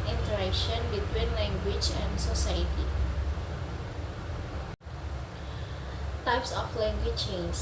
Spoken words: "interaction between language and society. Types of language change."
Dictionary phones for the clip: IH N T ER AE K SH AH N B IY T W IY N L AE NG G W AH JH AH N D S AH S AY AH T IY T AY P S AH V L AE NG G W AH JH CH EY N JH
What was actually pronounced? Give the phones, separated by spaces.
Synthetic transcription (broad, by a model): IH N T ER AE K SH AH N B IY T W IY N L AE NG G W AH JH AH N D S AH S AY AH T IY T AY P S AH F L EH NG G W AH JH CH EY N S